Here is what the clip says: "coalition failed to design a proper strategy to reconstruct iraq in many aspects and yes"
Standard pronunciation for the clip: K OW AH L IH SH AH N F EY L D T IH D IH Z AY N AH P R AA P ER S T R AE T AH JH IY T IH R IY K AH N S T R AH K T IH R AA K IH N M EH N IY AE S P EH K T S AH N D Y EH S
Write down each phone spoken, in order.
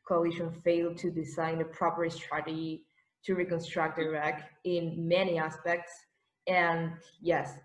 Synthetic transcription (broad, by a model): K OW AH L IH SH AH N F EY L D T IH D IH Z AY N AH P R AA P ER S T R AE T AH JH IY T IH R IY K AH N S T R AH K T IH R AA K IH N M EH N IY AE S P EH K T S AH N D Y EH S